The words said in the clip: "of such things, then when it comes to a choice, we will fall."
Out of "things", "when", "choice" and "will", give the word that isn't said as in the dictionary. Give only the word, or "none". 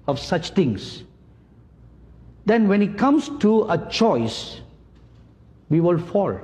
things